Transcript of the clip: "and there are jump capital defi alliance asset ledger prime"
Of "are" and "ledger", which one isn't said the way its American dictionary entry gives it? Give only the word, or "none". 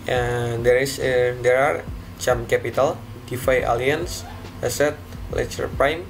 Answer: ledger